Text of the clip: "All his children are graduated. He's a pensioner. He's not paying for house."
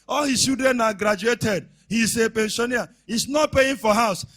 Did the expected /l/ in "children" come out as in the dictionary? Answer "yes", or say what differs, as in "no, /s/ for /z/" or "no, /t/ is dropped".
no, /l/ is dropped